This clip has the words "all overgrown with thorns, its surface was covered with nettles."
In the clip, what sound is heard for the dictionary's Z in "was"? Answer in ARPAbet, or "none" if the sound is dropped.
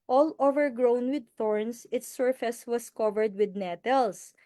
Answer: S